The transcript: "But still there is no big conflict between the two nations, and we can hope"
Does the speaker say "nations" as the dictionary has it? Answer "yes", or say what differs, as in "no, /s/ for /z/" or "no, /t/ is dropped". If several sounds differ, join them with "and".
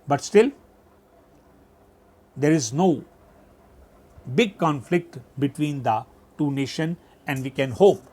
no, /z/ is dropped